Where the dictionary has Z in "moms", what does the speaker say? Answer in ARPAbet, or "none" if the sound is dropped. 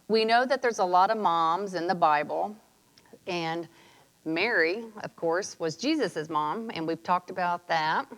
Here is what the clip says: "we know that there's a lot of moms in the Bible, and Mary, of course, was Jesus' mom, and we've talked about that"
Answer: Z